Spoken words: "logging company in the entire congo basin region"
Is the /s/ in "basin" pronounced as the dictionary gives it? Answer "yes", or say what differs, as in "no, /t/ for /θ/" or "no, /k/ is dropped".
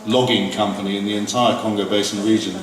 yes